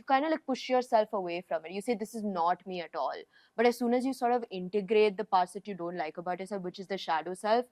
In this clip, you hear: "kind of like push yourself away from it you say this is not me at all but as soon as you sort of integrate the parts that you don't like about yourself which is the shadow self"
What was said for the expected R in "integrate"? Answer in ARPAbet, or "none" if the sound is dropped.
R